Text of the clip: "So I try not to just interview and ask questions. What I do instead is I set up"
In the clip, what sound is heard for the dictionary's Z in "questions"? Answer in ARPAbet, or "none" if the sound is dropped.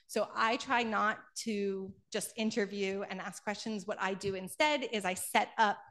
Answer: Z